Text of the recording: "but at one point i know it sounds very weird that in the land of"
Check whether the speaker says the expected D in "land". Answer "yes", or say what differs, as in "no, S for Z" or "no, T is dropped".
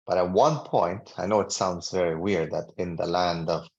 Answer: yes